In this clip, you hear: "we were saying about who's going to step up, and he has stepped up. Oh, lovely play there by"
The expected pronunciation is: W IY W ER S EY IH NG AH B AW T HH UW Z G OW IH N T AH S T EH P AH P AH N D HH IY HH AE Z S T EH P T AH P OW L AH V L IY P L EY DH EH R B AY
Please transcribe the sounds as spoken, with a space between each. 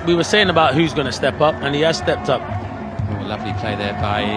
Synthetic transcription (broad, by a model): W IY W ER S EY IH NG AH B AW T HH UW Z G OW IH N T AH S T EH P AH P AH N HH IY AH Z S T EH P T AH P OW L AH V L IY P L EY DH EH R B AY